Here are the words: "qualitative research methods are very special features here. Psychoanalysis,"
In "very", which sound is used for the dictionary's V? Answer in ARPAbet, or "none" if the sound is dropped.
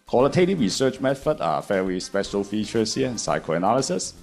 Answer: F